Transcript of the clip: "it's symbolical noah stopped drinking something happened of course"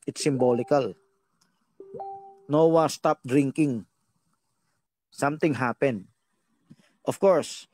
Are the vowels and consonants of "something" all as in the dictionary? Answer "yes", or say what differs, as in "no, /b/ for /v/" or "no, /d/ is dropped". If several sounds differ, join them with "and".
no, /t/ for /θ/